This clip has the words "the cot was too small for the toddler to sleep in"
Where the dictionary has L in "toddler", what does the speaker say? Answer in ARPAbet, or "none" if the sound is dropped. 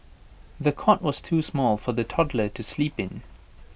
L